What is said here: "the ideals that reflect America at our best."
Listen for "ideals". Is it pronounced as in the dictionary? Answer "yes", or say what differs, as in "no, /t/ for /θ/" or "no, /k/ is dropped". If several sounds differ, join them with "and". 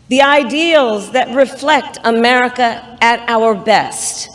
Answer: yes